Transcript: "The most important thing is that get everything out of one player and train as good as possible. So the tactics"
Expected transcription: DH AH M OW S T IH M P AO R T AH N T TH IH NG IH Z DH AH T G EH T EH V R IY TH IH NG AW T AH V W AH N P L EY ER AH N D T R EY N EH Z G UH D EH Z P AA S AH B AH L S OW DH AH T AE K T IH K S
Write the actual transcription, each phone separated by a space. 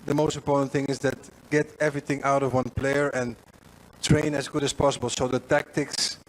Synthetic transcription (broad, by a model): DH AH M OW S T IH M P AO R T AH N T TH IH NG IH Z DH AH T G EH T EH V R IY TH IH NG AW T AH V W AH N P L EY ER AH N T R EY N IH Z G UH D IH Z P AA S AH B AH L S OW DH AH T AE K T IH K S